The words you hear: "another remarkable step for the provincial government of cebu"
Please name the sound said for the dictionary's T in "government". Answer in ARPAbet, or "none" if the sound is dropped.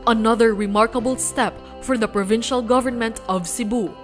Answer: T